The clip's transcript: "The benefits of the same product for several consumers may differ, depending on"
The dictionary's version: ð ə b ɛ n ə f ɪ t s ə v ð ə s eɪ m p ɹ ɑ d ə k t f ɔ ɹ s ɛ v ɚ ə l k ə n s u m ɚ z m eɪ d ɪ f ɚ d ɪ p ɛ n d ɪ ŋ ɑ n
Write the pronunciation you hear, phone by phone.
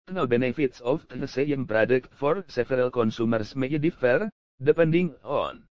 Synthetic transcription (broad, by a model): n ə b ɛ n ə f ɪ t s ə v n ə s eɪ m p ɹ ɑ d ə k t f ɔ ɹ s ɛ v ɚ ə l k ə n s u m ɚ s m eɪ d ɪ f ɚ d ɪ p ɛ n d ɪ ŋ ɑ n